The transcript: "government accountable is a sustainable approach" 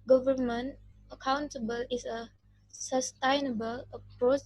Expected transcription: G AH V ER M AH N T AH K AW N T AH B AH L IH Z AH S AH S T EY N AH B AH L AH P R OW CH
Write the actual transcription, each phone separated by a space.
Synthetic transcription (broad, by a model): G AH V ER M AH N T AH K AW N T AH B AH L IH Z AH S AH S T EY N AH B AH L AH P R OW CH